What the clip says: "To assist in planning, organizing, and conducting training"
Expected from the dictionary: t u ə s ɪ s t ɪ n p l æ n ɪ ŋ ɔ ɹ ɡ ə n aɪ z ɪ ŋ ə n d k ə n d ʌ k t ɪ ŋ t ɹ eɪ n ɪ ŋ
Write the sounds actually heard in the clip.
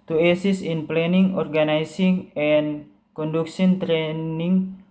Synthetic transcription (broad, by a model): t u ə s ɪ s ɪ n p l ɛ n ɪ ŋ ɔ ɹ ɡ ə n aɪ s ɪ ŋ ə n k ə n d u k s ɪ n t ɹ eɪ n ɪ ŋ